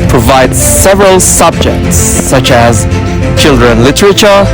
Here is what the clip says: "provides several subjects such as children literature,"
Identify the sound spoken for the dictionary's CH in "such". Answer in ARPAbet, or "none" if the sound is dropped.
CH